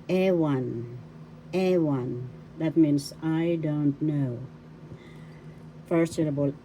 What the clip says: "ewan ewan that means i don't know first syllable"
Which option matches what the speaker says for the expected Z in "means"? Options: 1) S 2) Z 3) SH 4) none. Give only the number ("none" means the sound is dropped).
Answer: 1